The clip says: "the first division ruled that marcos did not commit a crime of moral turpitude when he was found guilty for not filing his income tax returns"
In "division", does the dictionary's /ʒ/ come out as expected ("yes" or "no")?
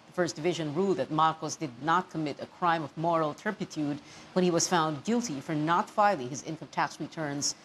yes